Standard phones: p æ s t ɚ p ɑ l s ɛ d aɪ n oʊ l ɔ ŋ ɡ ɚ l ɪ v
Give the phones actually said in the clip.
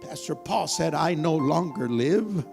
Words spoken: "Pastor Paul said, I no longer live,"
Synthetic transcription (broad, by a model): p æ s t ɚ p ɑ l s ɛ d aɪ n oʊ l ɔ ŋ ɡ ɚ l ɪ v